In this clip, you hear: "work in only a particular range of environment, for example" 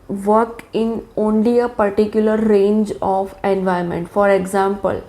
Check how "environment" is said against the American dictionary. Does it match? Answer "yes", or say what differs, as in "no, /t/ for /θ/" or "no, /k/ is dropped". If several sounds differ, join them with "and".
no, /ɹ/ is dropped